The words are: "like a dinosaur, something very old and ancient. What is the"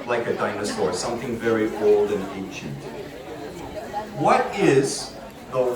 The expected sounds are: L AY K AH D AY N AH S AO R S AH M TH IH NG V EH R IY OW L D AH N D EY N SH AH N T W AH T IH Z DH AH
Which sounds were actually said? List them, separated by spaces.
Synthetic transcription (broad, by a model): L AY K AH D AY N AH S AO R S AH M TH IH NG V EH R IY OW L D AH N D EY N SH AH N T W AH T IH Z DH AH